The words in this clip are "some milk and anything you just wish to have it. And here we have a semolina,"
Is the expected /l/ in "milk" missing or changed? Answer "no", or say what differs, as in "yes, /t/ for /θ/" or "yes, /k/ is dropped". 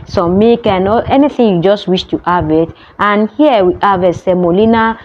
yes, /l/ is dropped